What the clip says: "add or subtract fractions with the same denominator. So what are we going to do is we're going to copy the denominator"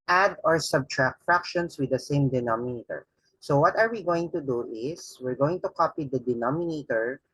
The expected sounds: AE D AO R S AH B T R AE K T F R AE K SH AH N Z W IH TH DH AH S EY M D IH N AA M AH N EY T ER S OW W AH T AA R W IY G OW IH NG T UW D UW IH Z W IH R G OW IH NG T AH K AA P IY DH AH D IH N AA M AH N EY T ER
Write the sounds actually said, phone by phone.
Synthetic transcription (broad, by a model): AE D AO R S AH B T R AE K T F R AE K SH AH N S W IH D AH S EY M D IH N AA M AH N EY T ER S OW W AH T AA R W IY G OW IH NG T UW D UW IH S W IH R G OW IH NG T AH K AA P IY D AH D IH N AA M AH N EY T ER